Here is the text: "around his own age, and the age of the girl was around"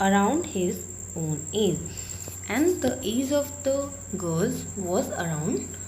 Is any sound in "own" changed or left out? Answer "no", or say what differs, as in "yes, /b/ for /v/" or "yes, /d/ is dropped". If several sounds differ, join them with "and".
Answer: no